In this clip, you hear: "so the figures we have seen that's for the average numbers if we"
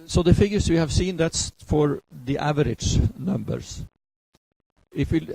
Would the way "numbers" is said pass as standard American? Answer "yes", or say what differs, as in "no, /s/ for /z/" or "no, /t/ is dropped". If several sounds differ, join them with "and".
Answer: no, /s/ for /z/